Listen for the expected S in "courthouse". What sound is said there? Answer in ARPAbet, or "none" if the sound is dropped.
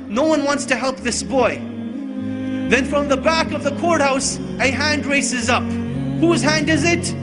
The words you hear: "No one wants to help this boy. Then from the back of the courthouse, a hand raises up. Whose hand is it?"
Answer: S